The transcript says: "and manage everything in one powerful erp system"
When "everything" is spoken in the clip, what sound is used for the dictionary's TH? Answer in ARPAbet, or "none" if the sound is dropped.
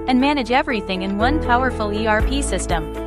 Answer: TH